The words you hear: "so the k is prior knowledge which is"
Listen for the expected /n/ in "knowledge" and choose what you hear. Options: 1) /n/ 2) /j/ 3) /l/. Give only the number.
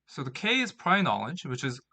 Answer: 1